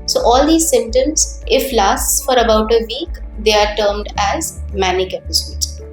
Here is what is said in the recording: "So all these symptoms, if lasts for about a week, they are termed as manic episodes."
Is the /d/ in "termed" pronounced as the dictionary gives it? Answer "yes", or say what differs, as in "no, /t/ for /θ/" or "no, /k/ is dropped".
yes